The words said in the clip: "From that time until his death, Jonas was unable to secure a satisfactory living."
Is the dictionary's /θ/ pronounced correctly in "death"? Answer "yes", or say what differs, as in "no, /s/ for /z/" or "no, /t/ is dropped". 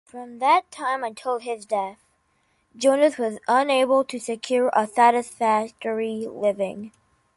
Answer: yes